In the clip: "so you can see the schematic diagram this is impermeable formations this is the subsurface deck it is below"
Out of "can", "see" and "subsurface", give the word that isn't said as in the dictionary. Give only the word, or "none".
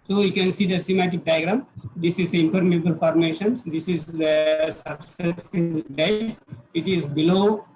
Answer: subsurface